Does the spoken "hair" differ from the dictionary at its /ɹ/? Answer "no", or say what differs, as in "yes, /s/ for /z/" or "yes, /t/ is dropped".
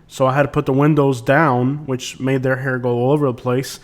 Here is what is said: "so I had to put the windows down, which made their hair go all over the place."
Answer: no